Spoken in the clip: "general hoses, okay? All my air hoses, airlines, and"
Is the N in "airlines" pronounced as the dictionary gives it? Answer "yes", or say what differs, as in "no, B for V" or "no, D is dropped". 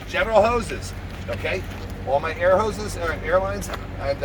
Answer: yes